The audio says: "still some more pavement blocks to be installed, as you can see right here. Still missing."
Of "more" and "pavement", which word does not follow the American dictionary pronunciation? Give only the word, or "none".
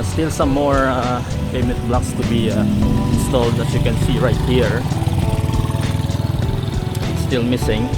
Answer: pavement